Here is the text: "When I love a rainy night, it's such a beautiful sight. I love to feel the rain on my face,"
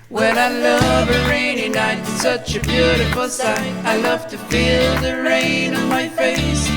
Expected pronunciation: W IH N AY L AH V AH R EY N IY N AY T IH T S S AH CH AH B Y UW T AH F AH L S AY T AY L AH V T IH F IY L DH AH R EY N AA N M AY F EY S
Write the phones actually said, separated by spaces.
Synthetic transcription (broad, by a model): W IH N AY L AH V AH R EY N IY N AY IH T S S AH CH AH B Y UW T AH F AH L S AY AY L AH V T IH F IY L DH AH R EY N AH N M AY F EY S